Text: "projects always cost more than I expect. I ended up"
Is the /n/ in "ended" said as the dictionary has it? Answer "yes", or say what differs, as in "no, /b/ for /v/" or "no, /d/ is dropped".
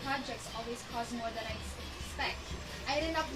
no, /n/ is dropped